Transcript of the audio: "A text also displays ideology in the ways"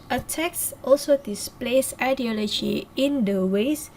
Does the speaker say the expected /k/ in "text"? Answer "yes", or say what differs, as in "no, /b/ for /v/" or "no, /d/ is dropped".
yes